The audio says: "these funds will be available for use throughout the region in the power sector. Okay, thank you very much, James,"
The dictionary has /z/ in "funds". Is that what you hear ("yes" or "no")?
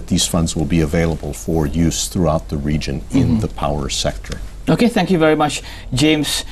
yes